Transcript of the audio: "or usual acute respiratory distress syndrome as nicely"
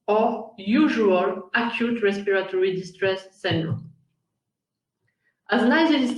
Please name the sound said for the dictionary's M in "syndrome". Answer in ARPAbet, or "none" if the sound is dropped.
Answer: none